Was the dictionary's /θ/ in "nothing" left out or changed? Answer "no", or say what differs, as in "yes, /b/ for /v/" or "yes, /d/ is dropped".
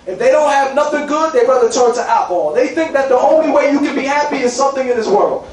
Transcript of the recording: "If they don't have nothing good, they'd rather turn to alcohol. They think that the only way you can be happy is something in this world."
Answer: no